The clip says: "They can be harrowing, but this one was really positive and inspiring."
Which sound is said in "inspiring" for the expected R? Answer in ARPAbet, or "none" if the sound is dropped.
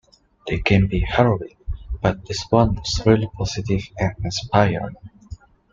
none